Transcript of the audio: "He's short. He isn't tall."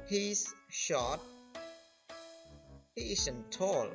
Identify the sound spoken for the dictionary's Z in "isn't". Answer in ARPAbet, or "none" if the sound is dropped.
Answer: S